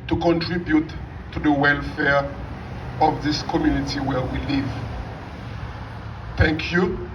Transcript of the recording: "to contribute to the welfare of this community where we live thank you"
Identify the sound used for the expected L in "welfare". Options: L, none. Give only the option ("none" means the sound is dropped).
L